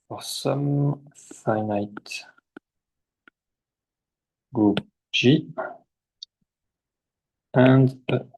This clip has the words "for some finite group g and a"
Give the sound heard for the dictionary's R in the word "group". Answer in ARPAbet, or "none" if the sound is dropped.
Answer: none